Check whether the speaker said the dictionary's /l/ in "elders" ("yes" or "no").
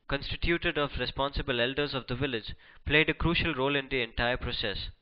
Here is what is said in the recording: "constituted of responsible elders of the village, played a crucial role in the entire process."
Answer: yes